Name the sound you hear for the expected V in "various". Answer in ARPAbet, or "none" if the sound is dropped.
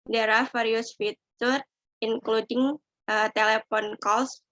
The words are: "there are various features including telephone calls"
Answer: F